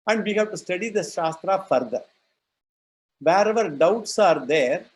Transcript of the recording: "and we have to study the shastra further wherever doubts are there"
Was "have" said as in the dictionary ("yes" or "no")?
no